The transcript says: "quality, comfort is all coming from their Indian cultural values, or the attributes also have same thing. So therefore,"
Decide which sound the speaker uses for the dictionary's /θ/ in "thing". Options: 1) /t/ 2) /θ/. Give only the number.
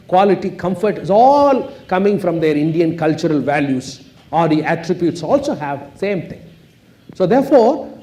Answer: 1